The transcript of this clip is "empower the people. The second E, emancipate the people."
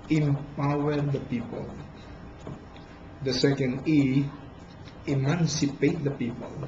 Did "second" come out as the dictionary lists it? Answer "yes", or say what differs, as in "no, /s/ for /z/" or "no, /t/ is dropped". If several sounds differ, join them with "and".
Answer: yes